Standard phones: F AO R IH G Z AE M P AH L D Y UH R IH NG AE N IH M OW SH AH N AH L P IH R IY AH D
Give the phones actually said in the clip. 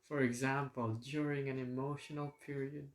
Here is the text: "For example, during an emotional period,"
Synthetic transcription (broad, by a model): F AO R IH G Z AE M P AH L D Y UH R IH NG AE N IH M OW SH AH N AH L P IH R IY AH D